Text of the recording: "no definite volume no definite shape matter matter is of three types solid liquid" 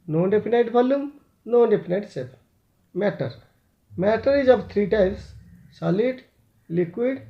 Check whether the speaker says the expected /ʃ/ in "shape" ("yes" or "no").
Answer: no